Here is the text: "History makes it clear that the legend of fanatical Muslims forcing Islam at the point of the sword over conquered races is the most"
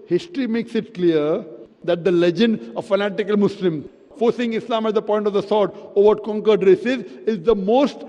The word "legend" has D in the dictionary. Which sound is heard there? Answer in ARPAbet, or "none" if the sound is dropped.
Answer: D